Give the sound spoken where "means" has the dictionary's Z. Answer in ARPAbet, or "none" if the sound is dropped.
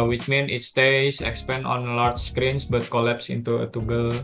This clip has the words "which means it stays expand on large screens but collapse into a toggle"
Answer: none